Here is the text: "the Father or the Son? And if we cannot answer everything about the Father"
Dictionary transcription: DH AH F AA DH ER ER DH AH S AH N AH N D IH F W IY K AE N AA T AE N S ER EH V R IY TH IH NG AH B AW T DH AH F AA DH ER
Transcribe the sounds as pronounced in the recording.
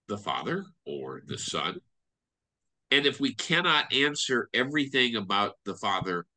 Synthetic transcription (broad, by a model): DH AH F AA DH ER ER DH AH S AH N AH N IH F W IY K AE N AA T AE N S ER EH V R IY TH IH NG AH B AW T DH AH F AA DH ER